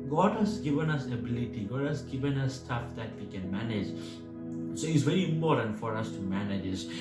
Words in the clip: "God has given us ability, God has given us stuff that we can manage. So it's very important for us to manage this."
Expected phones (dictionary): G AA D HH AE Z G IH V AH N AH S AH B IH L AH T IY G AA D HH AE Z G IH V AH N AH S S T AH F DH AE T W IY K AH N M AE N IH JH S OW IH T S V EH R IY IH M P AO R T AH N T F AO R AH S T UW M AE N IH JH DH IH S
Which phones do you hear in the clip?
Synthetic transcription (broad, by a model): G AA D HH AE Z G IH V AH N AH S AH B IH L AH T IY G AA D HH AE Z G IH V AH N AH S S T AH F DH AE T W IY K AH N M AE N IH JH S OW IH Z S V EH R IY M AO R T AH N F AO R AH S T UW M AE N IH JH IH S